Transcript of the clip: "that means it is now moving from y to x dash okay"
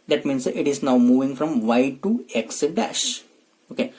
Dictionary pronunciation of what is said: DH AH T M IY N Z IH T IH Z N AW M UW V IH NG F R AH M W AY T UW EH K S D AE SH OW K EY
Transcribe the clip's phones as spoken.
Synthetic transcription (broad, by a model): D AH T M IY N S IH T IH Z N AW M UW V IH NG F R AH M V AY T UW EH K S D AE SH OW K EY